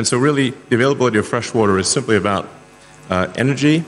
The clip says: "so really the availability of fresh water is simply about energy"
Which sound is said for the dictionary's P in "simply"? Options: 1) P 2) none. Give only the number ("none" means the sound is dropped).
1